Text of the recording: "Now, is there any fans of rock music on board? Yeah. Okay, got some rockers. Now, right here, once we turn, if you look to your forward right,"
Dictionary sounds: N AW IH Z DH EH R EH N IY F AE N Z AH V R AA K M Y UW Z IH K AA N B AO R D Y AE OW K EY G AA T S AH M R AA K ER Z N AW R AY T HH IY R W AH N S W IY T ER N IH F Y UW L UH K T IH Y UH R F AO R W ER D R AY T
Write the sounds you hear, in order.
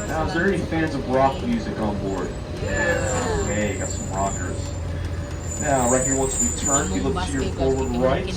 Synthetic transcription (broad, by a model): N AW IH Z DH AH R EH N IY F AE N Z AH V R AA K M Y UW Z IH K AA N B AO R D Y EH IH IH G AA T S AH M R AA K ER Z N AW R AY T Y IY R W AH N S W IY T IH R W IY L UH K T IH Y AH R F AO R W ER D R AY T